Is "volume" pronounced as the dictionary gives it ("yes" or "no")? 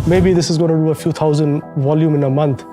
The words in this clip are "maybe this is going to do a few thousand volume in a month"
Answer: yes